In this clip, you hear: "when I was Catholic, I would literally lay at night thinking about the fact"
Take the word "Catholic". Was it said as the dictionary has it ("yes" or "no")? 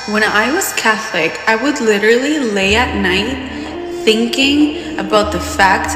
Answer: yes